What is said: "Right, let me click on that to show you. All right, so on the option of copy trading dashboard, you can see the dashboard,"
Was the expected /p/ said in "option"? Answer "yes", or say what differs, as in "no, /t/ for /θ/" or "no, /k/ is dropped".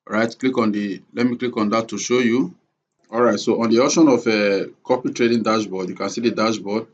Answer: no, /p/ is dropped